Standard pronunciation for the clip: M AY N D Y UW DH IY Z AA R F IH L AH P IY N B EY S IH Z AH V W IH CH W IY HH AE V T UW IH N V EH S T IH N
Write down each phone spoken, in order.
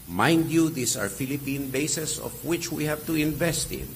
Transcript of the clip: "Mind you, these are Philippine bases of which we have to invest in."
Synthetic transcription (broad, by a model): M AY N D Y UW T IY S AA R F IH L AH P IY N B EY S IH S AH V W IH CH W IY HH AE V T UW IH N V EH S T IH N